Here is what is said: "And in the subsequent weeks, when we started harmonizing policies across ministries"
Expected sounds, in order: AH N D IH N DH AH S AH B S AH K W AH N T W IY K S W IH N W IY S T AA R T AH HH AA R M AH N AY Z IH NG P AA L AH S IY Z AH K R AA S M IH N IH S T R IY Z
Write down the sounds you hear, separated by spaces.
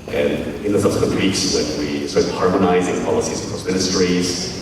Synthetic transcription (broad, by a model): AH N IH N DH AH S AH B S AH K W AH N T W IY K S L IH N W IY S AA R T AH HH AA R M AH N AY Z IH NG P AA L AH S IY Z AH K AA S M IH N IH S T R IY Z